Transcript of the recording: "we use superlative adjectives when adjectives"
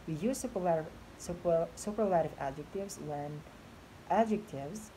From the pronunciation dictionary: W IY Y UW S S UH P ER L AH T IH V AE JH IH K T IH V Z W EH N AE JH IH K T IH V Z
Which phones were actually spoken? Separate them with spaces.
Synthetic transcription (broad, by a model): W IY Y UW S S UH P ER L AH T IH V AE JH IH K T IH V Z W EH N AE JH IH K T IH V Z